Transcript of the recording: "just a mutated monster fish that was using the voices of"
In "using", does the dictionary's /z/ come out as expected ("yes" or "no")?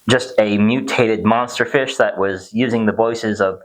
yes